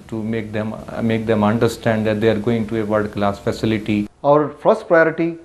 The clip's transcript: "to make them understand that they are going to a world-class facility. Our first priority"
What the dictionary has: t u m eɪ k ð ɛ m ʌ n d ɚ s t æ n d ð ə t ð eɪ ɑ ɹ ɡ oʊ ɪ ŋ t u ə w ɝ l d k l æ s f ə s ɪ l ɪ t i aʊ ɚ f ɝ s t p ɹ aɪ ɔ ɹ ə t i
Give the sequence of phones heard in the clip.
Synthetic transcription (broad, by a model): t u m eɪ k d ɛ m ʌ n d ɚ s t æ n d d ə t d eɪ ɑ ɹ ɡ oʊ ɪ ŋ t u ə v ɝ d k l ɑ s f ə s ɪ l ɪ t i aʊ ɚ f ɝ s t p ɹ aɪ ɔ ɹ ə t i